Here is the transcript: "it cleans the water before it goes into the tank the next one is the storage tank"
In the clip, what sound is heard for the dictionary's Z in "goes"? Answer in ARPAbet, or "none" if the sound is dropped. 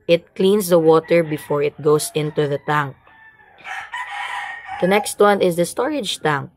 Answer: S